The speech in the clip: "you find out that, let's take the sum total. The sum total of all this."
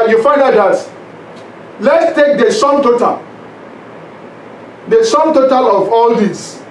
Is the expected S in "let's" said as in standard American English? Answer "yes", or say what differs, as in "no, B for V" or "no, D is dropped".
yes